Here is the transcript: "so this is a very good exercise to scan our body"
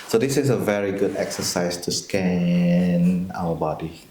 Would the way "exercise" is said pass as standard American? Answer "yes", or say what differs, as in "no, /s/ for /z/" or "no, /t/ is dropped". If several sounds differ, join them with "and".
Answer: no, /s/ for /z/